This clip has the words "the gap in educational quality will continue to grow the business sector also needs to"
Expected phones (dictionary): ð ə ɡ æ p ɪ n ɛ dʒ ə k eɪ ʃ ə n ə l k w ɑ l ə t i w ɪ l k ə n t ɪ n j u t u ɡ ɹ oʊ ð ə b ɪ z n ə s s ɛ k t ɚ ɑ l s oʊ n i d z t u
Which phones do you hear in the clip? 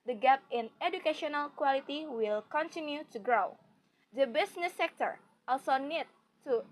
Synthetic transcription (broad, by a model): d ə ɡ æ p ɪ n ɛ dʒ ə k eɪ ʃ ə n ə l k w ɑ l ə t i w ɪ l k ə n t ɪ n j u t u ɡ ɹ oʊ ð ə b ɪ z n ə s s ɛ k t ɚ ɑ l s oʊ n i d t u